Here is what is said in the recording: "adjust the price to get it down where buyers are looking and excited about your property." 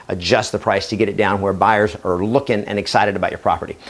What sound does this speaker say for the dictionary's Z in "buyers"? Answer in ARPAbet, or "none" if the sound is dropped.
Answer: Z